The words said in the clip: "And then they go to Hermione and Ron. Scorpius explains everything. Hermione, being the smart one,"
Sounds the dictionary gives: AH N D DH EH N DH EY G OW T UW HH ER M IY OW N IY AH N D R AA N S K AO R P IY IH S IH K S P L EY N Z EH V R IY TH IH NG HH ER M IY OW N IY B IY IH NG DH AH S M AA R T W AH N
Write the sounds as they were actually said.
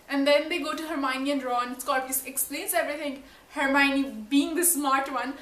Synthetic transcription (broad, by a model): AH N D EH N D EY G OW T UW HH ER M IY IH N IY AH N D R AA N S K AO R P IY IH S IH K S P L EY N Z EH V R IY T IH NG HH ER M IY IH N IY B IY IH NG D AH S M AA R T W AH N